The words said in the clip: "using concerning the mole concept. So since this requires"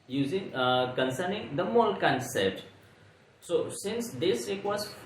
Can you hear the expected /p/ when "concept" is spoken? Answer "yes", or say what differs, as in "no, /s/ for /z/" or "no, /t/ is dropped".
no, /p/ is dropped